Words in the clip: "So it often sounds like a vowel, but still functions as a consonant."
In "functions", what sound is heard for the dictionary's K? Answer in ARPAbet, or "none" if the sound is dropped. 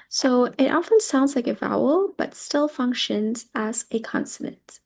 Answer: K